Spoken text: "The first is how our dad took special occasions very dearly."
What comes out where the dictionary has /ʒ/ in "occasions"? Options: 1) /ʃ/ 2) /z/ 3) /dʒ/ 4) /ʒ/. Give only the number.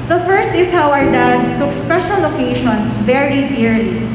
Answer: 1